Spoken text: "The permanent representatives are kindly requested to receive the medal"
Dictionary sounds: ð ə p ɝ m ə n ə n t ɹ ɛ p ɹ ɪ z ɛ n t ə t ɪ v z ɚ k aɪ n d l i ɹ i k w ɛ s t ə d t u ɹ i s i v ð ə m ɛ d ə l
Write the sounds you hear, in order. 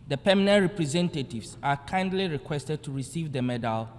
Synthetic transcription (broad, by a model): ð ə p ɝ m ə n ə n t ɹ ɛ p ɹ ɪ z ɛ n t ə t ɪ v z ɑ k aɪ n d l i ɹ i k w ɛ s t ə d t u ɹ i s i v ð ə m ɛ d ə l